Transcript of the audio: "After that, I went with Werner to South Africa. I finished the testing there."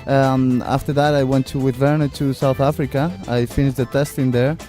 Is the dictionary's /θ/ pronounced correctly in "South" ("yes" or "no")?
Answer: yes